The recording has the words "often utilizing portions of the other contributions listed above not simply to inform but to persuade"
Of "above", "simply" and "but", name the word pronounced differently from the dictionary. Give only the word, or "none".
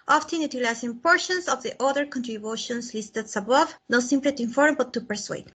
none